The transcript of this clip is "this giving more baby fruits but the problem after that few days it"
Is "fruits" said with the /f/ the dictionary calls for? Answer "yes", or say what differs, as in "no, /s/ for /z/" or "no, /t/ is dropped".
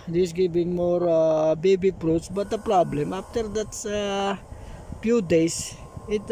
no, /p/ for /f/